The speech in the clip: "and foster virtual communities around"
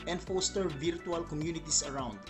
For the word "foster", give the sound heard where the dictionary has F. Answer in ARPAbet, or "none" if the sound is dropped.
F